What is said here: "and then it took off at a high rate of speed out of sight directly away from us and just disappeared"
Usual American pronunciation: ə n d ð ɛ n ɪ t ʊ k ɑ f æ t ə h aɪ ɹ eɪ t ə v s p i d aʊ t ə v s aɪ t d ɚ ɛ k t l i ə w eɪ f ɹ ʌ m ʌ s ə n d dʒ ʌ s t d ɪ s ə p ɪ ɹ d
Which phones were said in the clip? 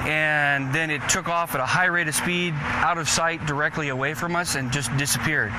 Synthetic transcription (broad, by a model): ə n ð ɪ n ɪ t ʊ k ɑ f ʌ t ə h aɪ ɹ eɪ t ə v s p i d aʊ t ə v s aɪ t d ɚ ɛ k t l i ə w eɪ f ɹ ʌ m ʌ s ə n dʒ ʌ s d ɪ s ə p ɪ ɹ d